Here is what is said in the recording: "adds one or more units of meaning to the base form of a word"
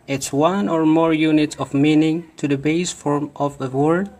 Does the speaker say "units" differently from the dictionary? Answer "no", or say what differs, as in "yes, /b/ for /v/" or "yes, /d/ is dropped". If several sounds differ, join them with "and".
yes, /s/ is dropped